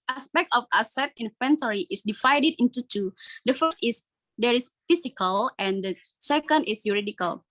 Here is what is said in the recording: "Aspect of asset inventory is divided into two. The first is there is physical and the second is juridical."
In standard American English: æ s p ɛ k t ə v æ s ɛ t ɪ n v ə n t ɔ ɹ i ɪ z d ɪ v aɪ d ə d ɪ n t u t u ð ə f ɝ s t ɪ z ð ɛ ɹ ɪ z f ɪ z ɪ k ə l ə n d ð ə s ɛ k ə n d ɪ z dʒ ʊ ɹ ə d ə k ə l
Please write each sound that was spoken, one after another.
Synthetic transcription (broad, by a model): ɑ s p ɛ k t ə f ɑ s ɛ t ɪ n f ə n s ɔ ɹ i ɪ s d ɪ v aɪ d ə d ɪ n t u t u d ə f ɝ s t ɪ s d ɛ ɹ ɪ s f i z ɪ k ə l ə n d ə s ɛ k ə n d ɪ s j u ɹ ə d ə k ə l